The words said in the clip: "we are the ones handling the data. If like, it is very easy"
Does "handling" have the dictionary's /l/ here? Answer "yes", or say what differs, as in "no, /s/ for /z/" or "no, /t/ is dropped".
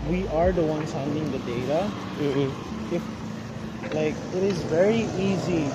no, /l/ is dropped